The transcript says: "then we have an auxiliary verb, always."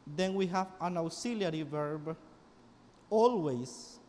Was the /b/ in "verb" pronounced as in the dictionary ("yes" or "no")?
yes